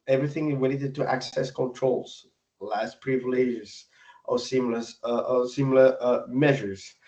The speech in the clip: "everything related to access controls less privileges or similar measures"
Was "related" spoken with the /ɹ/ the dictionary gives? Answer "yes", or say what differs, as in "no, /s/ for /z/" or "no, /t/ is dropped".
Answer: no, /w/ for /ɹ/